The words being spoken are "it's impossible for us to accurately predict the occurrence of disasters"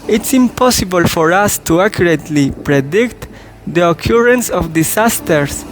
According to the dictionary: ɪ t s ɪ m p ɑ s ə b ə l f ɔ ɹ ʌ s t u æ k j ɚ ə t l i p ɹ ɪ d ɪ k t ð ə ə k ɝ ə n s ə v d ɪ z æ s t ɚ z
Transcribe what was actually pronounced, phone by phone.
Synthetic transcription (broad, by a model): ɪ t s ɪ m p ɑ s ə b ə l f ɔ ɹ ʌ s t u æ k j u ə t l i p ɹ ɪ d ɪ k t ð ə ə k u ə n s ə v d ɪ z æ s t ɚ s